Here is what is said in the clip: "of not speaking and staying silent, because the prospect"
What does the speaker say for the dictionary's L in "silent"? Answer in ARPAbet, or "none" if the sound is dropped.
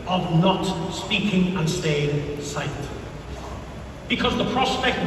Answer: none